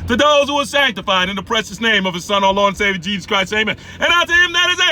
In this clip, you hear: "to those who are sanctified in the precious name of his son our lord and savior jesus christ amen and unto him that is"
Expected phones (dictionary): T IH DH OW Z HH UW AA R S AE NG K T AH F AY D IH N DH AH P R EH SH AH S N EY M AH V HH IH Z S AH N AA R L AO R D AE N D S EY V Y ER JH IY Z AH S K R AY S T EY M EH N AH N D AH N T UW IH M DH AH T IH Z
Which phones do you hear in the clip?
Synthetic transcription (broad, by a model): T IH DH OW Z HH UW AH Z S AE NG K T AH F AY D IH N DH AH P R EH SH AH S N EY M AH V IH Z S AH N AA L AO N S EY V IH JH IY Z AH S K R AY S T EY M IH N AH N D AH T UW IH M DH AH T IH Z